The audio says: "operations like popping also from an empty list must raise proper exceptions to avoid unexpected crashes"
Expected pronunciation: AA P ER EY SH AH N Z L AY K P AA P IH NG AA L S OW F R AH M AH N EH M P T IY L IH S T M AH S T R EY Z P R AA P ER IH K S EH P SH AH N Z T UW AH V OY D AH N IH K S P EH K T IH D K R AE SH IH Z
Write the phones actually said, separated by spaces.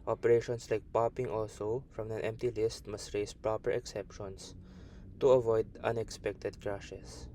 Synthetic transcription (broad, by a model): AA P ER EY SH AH N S L AY K P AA P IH NG AA L S OW F R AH M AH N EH M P T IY L IH S T M AH S T R EY S P R AA P ER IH K S EH P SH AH N S T UW AH V OY D AH N IH K S P EH K T IH D K R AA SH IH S